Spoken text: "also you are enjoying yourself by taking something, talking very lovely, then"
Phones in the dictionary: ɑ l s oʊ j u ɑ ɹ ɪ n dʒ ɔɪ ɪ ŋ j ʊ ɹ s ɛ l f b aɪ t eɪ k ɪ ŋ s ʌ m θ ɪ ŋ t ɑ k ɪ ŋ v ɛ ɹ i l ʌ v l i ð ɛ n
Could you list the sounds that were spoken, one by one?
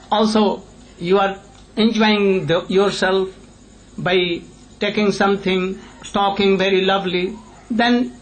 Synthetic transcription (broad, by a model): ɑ l s oʊ j u ɑ ɹ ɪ n dʒ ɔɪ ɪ ŋ j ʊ ɹ s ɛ l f b aɪ t eɪ k ɪ ŋ s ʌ m t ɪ ŋ t ɑ k ɪ ŋ v ɛ ɹ i l ʌ v l i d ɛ n